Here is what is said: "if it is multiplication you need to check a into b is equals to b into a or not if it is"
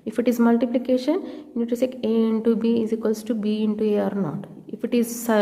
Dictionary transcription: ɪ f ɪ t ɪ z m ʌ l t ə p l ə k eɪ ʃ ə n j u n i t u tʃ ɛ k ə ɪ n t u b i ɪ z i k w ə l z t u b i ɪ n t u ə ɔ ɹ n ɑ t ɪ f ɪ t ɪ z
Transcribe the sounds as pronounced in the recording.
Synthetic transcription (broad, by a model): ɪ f ɪ t ɪ z m ʌ l t ə p l ə k eɪ ʃ ə n n i t u s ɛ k ə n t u b i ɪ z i k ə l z t u b i ɪ n t u ə ɔ ɹ n ɑ t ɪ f ɪ t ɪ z